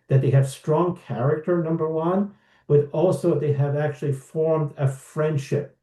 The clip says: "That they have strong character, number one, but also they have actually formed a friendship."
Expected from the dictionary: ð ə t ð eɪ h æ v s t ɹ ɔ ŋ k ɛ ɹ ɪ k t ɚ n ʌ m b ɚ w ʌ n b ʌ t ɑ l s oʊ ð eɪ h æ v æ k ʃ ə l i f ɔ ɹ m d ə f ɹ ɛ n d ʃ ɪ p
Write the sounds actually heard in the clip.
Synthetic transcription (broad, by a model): ð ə t ð eɪ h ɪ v s t ɹ ɔ ŋ k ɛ ɹ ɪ k t ɚ n ʌ m b ɚ w ʌ n b ʌ t ɑ l s oʊ ð eɪ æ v æ k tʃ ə l i f ɔ ɹ m d ə f ɹ ɛ n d ʃ ɪ p